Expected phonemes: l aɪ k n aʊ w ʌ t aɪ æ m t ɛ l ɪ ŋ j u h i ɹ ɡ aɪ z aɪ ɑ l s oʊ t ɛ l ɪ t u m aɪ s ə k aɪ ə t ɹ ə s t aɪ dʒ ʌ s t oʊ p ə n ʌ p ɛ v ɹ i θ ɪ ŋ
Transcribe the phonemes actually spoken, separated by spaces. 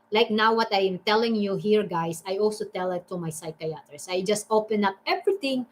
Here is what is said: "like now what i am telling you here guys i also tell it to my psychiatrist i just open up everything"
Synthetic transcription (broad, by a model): l aɪ k n aʊ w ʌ t aɪ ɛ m t ɛ l ɪ ŋ j u h i ɹ ɡ aɪ s aɪ ɑ l s oʊ t ɛ l ɪ t u m aɪ s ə k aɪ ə t ɹ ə s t aɪ dʒ ʌ s t oʊ p ə n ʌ p ɛ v ɹ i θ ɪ ŋ